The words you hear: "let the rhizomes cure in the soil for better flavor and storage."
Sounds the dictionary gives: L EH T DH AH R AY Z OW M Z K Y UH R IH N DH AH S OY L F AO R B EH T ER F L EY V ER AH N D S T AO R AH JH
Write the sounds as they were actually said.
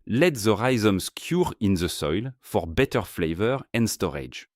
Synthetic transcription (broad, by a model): L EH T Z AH R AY Z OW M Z K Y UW R IH N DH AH S OY L F AO R B EH T ER F L EY V ER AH N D S T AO R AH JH